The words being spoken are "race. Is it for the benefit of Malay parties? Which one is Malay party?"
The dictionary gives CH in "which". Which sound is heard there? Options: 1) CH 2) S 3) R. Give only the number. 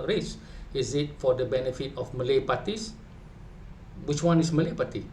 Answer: 1